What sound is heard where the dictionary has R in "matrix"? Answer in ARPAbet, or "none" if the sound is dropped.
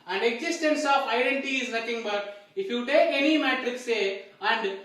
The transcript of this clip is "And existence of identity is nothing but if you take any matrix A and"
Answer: R